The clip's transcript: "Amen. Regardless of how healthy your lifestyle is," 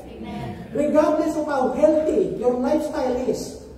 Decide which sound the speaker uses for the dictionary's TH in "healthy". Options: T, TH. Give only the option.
T